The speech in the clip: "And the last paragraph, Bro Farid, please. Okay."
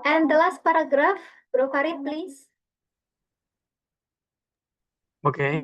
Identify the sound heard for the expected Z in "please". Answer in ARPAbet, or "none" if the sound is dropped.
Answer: S